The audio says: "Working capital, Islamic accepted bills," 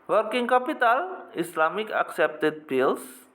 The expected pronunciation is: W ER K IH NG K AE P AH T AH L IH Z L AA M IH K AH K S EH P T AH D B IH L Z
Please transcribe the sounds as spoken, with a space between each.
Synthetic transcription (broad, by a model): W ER K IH NG K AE P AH T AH L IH S L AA M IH K AH K S EH P T AH D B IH L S